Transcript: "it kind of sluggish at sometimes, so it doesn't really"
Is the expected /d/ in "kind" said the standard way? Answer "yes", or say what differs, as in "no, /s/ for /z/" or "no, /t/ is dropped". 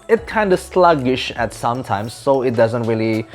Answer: yes